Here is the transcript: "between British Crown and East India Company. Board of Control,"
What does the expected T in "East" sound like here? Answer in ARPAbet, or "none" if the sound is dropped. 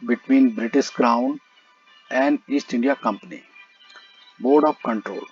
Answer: T